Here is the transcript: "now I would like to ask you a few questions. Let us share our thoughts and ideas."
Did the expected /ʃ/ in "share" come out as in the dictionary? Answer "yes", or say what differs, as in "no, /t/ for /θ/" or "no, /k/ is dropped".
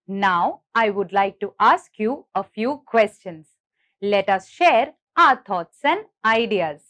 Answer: yes